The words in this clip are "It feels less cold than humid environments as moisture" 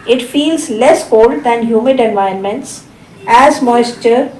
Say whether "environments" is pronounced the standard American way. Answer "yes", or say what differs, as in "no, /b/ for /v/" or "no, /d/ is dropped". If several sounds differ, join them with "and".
no, /ɹ/ is dropped